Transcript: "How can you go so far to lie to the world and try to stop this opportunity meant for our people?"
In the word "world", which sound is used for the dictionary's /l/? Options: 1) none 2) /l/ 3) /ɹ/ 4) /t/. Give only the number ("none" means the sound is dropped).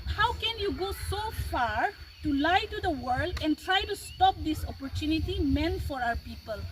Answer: 2